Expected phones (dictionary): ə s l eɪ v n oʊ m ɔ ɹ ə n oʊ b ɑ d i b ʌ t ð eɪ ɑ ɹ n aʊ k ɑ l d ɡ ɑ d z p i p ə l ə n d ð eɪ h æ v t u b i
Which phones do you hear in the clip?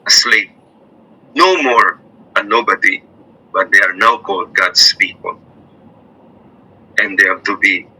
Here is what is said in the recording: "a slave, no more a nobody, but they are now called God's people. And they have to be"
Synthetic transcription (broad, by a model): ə s l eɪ p n oʊ m ɔ ɹ ə n oʊ b ɑ d i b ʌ t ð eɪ ɑ ɹ n aʊ k ɑ l d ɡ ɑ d s p i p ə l ə n d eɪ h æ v t u b i